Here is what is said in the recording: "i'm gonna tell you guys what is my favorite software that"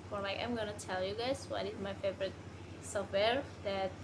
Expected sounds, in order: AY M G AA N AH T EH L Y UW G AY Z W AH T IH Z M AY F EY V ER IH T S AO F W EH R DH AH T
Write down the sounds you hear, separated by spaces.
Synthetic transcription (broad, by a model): AY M G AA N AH T EH L Y UW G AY S W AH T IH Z M AY F EY V ER IH T S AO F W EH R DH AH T